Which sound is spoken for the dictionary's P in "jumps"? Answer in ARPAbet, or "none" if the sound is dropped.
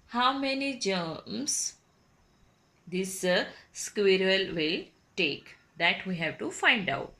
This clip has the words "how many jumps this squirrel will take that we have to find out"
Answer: none